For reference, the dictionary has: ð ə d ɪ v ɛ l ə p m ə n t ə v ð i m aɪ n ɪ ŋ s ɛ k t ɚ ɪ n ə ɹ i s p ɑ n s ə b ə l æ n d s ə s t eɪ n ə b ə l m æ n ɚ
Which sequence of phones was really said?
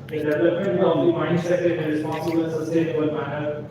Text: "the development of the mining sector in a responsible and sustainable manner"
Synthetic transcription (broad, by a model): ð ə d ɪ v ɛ l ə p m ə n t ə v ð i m aɪ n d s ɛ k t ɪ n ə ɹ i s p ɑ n s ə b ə l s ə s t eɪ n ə ə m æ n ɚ